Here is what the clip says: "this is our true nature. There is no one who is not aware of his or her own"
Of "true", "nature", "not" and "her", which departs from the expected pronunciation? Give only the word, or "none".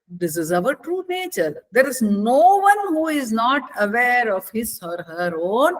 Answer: none